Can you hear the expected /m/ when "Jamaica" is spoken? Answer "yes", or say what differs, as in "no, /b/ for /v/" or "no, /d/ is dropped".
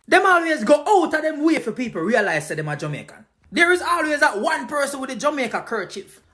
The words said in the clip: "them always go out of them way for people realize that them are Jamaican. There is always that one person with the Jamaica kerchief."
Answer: yes